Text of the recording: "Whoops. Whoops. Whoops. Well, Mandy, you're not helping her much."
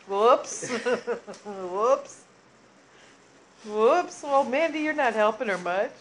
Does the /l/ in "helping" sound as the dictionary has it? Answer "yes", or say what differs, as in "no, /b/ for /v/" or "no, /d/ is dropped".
yes